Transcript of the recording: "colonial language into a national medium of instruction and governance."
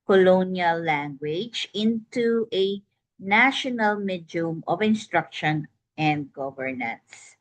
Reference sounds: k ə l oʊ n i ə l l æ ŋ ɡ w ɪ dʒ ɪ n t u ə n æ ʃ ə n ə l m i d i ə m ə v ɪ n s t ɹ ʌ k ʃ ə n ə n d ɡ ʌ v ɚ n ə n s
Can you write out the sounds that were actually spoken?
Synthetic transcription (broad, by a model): k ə l oʊ n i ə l l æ ŋ ɡ w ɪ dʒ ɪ n t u ə n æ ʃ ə n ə l m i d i m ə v ɪ n s t ɹ ʌ k ʃ ə n ə n d ɡ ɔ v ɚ n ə n s